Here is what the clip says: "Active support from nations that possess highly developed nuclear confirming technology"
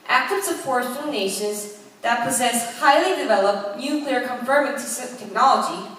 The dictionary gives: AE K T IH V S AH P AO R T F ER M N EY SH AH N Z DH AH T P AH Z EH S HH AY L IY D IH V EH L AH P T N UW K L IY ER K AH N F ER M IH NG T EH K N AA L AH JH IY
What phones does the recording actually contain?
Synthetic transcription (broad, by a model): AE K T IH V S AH F AO R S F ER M N EY SH AH N Z DH AH T P AH Z EH S HH AY L IY D IH V EH L AH P T N UW K L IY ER K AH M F ER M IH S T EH K N AA L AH JH IY